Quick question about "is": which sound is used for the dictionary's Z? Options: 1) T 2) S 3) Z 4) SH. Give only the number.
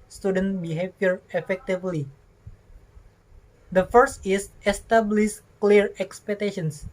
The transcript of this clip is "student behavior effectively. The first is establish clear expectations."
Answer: 2